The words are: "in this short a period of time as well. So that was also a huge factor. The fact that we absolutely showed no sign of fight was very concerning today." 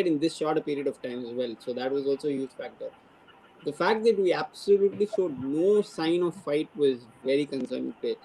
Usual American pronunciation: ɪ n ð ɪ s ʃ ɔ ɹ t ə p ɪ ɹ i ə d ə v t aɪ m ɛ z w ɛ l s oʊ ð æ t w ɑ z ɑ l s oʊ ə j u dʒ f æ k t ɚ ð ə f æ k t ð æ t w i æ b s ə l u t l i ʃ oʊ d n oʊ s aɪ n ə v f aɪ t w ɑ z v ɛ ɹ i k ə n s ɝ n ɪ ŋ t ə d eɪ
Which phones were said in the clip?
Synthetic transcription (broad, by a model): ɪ n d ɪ s ʃ ɔ ɹ t ə p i ɹ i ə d ə v t aɪ m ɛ z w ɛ l s oʊ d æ t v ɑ z ɑ l s oʊ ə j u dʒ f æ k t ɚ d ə f æ k t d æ t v i æ b s ə l u t l i ʃ oʊ d n oʊ s aɪ n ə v f aɪ t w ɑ z v ɛ ɹ i k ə n s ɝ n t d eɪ